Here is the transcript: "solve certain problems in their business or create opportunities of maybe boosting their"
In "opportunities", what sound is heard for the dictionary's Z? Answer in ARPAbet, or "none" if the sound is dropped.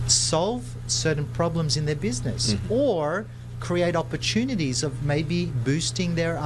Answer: Z